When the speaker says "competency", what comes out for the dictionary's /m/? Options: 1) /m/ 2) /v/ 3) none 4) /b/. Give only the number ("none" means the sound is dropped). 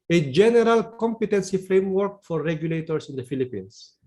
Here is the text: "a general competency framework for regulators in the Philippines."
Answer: 1